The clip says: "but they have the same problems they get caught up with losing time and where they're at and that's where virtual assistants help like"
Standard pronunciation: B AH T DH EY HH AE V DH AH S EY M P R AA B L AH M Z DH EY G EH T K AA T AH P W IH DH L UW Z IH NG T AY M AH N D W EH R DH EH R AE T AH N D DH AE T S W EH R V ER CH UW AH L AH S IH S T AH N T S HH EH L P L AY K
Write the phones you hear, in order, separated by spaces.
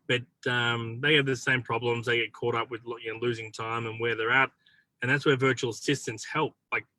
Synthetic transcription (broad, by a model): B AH T DH EY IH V DH AH S EY M P R AA B L AH M Z DH EY G EH T K AA T AH P W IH DH L UW Z IH NG T AY M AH N W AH R DH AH R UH T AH N DH AE T S W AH R V ER CH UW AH L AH S IH S T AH N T S HH EH L P L AY K